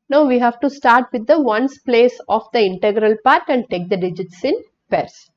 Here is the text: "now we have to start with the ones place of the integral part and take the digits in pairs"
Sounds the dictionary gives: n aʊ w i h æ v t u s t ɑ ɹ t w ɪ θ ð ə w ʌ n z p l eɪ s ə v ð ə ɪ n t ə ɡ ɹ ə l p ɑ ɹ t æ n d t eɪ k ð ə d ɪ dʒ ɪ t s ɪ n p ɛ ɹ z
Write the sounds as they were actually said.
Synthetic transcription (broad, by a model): n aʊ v i h æ v t u s t ɑ ɹ t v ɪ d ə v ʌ n s p l eɪ s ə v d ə ɪ n t ə ɡ ɹ ə l p ɑ ɹ t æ n d t eɪ k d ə d ɪ dʒ ɪ t s ɪ n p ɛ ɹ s